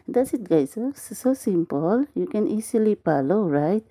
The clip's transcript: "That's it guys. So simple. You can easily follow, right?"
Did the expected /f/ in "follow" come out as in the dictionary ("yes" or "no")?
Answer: no